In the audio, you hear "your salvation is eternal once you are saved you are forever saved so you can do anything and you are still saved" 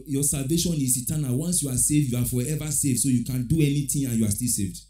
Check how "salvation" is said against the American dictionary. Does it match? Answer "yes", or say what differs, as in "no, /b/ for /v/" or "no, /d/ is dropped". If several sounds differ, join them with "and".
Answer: yes